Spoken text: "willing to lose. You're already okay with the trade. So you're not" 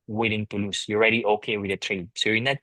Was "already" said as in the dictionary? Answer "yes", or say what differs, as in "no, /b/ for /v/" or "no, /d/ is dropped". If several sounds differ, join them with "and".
yes